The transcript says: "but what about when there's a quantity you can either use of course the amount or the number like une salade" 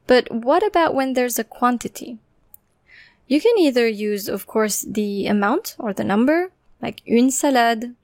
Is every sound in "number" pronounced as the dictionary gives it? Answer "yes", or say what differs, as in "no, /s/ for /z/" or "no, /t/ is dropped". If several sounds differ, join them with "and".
yes